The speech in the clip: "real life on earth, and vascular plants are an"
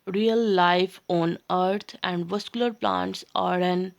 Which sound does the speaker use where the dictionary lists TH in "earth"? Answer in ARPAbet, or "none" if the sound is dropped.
T